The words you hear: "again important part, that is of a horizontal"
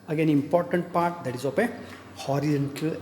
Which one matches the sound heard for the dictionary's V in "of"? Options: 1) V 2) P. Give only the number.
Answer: 2